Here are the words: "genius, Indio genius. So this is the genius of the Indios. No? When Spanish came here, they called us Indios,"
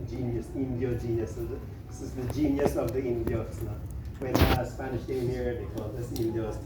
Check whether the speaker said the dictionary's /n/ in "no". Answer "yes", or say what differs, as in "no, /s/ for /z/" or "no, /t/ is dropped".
no, /l/ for /n/